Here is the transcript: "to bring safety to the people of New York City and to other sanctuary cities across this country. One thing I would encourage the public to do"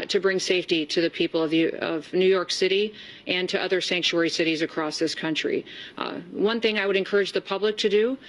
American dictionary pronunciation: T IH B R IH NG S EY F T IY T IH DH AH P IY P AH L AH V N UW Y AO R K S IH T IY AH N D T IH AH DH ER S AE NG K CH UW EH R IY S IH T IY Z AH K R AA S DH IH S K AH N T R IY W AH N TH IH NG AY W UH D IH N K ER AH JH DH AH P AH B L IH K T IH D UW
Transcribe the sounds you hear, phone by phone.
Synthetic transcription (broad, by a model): T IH B R IH NG S EY F T IY T IH DH AH P IY P AH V AH V N UW Y AO R K S IH T IY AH N T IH AH DH ER S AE NG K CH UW EH R IY S IH T IY Z AH K R AA S DH IH S K AH N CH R IY W AH N TH IH NG AY W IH D IH N K ER AH JH DH AH P AH B L IH K T IH D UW